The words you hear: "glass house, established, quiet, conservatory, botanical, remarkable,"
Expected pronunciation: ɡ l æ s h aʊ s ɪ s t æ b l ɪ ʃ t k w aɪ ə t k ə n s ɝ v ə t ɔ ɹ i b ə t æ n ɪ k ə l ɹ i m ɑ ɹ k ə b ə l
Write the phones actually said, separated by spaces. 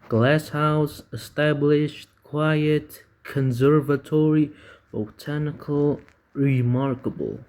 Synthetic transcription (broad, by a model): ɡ l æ s h aʊ s ɪ s t æ b l ɪ ʃ t k w aɪ ə t k ə n s ɝ v ə t ɔ ɹ i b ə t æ n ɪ k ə l ɹ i m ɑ ɹ k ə b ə l